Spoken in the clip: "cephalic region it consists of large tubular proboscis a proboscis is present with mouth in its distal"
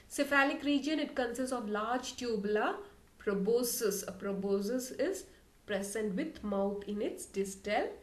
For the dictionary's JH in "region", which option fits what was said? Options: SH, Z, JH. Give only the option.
JH